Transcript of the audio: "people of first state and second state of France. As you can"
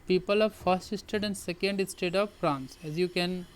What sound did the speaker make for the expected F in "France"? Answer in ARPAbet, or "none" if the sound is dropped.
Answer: P